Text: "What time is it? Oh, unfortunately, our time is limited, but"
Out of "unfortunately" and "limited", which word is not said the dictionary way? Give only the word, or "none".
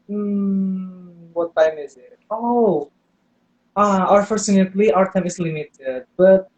unfortunately